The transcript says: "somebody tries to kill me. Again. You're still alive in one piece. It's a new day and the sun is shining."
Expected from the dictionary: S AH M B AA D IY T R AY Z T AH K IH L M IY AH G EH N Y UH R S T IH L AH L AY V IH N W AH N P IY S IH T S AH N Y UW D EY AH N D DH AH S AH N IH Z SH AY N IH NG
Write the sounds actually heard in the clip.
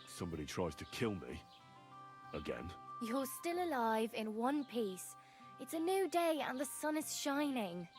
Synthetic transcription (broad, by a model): S AH M B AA D IY T R AY Z T AH K IH L M IY AH G EH N Y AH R S T IH L AH L AY V IH N W AH N P IY S IH T S AH N Y UW D EY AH N DH AH S AH N IH Z SH AY N IH NG